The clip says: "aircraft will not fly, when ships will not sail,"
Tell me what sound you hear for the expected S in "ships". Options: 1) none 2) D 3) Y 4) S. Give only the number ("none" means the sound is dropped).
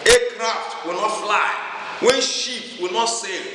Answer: 1